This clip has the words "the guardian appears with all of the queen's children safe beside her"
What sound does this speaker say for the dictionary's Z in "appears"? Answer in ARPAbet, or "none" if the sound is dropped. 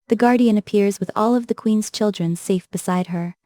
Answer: Z